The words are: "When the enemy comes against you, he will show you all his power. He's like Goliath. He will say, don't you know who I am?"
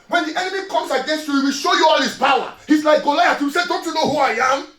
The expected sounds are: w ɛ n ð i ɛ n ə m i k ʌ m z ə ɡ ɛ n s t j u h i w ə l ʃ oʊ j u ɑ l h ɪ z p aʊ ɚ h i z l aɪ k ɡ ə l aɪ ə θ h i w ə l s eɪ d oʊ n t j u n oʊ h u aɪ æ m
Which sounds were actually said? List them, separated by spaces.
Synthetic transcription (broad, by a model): w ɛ n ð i ɛ n ə m i k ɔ m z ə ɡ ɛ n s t j u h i w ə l ʃ oʊ j u ɑ l h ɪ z b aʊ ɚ h i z l aɪ k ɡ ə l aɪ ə t h i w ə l s eɪ d oʊ n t j u n oʊ h u aɪ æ m